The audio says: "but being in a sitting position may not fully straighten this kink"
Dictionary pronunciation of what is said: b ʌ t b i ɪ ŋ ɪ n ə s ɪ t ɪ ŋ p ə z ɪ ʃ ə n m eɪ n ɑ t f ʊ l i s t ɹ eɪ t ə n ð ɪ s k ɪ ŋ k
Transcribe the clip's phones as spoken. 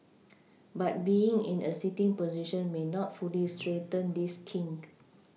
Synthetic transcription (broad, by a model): b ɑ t b i ɪ ŋ ɪ n ə s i t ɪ ŋ p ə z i ʃ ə n m eɪ n ɑ t f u l i s t ɹ eɪ t ə n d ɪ s k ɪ ŋ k